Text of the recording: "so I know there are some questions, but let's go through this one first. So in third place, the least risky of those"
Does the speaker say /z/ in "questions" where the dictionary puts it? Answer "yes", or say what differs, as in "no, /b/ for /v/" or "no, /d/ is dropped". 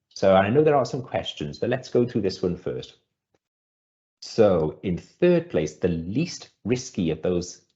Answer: yes